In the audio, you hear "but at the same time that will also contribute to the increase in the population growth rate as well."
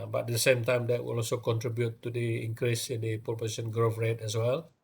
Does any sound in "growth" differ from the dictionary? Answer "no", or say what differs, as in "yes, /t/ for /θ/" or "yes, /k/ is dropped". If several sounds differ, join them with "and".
yes, /f/ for /θ/